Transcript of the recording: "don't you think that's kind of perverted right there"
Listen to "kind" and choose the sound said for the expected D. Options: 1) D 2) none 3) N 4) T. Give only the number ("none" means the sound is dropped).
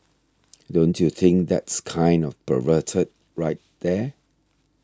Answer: 1